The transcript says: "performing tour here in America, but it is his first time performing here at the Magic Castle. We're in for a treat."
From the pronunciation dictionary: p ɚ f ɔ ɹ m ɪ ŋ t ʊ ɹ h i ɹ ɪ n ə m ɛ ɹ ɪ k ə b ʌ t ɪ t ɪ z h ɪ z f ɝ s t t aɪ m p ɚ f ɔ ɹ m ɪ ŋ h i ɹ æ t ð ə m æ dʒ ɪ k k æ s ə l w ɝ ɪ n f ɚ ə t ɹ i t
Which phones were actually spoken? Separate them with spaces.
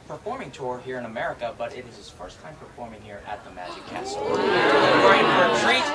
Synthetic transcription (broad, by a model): p ɚ f ɔ ɹ m ɪ ŋ t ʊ ɹ h i ɹ ɪ n ə m ɛ ɹ ɪ k ə b ʌ t ɪ t ɪ z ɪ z f ɝ s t t aɪ m p ɚ f ɔ ɹ m ɪ ŋ h i ɹ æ t ð ə m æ dʒ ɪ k k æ s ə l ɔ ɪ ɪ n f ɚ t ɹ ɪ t